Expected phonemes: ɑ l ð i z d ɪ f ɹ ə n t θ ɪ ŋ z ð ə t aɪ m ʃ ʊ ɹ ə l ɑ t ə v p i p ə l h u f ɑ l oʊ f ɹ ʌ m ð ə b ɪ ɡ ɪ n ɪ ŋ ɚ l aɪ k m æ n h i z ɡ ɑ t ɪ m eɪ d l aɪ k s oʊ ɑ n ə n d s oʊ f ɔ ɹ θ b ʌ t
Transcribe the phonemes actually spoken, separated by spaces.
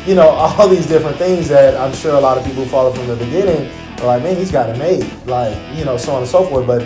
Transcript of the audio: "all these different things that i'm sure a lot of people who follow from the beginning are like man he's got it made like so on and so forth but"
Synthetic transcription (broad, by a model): ɑ l ð i z d ɪ f ɹ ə n θ ɪ ŋ z ð ə t aɪ m ʃ ʊ ɹ ə l ɑ t ə v p i p l f ɑ l oʊ f ɹ ʌ m ð ə b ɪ ɡ ɪ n ɪ ŋ ɚ l aɪ k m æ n h i z ɡ ɑ t ɪ m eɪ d l aɪ k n oʊ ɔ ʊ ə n s oʊ f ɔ ɹ t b ʌ t